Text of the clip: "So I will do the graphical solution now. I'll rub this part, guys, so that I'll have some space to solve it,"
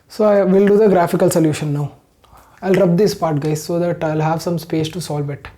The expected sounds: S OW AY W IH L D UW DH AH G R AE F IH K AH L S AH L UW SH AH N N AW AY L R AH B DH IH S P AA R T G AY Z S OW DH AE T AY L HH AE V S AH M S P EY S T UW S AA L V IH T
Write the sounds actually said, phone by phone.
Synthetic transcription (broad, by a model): S OW AY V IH L D UW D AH G R AE F IH K AH L S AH L UW SH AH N N AW AY L R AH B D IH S P AA R T G AY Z S OW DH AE T AY L HH AE V S AH M S P EY S T UW S AA L V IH T